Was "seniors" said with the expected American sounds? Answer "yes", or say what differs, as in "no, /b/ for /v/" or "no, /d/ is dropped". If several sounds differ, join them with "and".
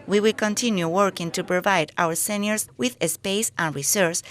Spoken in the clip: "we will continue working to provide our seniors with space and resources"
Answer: no, /s/ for /z/